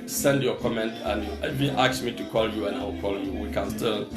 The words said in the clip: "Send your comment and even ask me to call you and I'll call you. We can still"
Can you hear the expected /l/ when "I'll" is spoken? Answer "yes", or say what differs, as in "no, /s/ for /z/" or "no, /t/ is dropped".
no, /w/ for /l/